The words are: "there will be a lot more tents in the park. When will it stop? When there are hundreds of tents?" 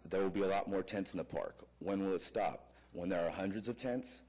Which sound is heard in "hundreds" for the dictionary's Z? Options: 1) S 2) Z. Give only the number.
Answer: 2